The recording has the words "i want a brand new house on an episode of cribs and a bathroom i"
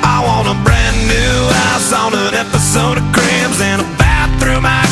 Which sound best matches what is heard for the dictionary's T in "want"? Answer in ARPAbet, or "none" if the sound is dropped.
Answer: none